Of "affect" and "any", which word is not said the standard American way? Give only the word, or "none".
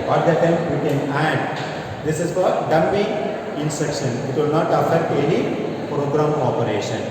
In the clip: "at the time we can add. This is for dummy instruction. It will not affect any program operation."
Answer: affect